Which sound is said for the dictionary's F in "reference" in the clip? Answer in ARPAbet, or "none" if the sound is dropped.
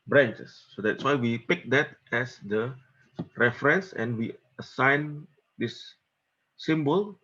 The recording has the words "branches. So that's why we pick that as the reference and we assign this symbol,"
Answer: F